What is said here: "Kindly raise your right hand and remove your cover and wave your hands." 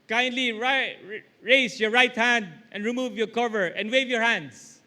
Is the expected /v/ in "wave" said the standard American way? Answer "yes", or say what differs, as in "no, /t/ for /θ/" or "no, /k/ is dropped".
yes